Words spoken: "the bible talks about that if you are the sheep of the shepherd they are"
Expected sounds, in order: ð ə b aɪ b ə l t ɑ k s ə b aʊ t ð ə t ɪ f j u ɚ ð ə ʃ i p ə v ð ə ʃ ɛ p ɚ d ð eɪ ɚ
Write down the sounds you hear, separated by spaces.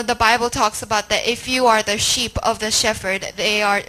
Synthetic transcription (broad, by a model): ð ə b aɪ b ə l t ɑ k s ə b aʊ t ð ə t ɪ f j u ɚ ð ə ʃ i p ə v ð ə ʃ ɛ f ɚ d ð eɪ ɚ